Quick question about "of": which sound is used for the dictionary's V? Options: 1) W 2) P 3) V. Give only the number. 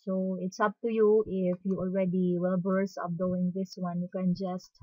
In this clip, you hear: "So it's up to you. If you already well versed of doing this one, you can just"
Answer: 2